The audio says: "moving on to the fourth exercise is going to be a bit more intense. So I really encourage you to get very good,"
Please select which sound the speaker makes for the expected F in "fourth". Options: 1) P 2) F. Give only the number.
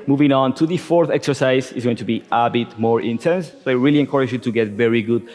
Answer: 2